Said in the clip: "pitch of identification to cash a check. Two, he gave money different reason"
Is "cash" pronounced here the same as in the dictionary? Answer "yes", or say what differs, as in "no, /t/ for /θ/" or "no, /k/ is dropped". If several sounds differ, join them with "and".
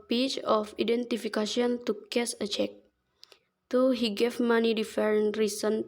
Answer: no, /s/ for /ʃ/